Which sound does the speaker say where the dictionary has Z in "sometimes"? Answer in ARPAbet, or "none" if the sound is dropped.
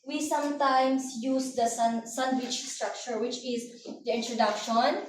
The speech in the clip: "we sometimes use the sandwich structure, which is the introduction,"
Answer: S